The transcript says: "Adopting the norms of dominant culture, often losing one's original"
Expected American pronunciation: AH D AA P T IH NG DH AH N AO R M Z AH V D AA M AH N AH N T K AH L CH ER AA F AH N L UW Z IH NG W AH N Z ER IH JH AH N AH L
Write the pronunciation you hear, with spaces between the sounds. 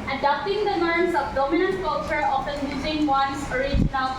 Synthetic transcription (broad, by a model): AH D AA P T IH NG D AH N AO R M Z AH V D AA M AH N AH N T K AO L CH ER AA F AH N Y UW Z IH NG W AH N S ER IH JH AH N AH L